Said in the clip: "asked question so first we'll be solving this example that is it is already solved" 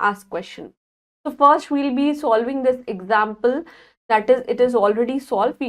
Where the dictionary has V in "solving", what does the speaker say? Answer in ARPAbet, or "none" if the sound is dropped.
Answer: V